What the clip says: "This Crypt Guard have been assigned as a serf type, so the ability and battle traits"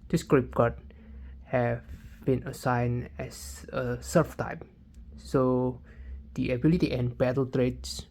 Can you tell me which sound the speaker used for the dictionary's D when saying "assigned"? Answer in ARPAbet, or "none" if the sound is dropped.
none